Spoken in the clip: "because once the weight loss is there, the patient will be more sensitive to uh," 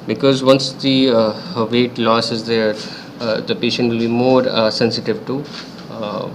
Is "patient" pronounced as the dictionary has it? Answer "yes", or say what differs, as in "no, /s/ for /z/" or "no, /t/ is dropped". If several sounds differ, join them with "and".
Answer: yes